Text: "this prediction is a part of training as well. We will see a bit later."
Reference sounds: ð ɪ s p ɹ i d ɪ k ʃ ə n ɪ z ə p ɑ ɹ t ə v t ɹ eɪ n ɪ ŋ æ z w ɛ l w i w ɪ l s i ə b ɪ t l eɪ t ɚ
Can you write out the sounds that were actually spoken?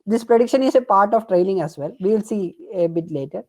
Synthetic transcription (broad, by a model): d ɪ s p ɹ i d ɪ k ʃ ə n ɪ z ə p ɑ ɹ t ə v t ɹ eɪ l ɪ ŋ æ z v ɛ l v i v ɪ l s i ə b ɪ t l eɪ t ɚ